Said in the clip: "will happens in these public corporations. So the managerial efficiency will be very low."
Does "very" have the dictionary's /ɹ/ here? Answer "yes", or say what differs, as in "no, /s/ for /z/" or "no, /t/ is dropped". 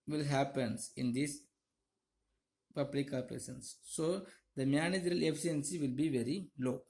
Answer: yes